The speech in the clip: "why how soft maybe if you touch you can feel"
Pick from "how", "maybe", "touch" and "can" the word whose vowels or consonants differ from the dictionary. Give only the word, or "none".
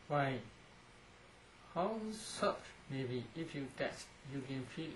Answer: touch